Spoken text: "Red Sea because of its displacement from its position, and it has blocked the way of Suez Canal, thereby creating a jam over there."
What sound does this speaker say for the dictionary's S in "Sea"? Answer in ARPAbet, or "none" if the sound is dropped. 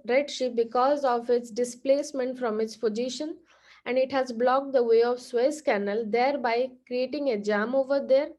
SH